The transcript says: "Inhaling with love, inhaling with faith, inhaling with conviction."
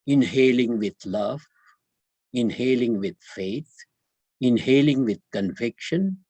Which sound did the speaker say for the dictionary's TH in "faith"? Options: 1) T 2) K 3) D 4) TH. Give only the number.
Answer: 1